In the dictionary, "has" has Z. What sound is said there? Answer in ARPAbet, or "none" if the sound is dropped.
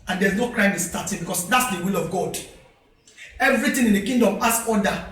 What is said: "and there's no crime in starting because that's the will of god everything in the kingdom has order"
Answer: S